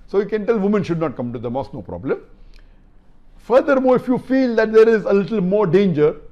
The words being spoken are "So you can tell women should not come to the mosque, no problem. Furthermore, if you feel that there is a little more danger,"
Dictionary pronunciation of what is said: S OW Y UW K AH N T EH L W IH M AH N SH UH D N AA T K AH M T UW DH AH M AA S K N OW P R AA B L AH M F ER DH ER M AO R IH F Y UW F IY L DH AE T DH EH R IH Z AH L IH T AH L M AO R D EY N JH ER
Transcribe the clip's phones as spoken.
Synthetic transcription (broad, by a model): S OW Y UW K AH N T EH L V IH M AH N SH UH D N AA T K AH M T UW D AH M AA S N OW P R AA B L AH M F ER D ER M AO R IH F Y UW F IY L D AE T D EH R IH Z AH L IH T AH L M AO R D EY N JH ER